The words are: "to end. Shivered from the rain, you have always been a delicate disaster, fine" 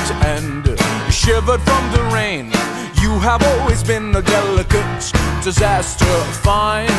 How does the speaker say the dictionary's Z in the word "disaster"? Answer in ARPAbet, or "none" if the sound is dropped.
Z